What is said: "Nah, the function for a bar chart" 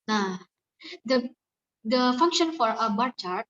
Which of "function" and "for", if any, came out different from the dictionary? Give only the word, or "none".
none